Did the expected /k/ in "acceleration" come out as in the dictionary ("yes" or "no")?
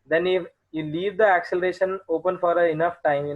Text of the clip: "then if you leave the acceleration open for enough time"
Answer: yes